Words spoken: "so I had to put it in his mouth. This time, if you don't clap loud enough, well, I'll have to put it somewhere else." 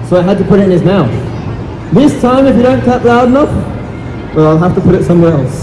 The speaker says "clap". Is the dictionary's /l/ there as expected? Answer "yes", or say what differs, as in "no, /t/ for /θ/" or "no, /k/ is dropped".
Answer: no, /l/ is dropped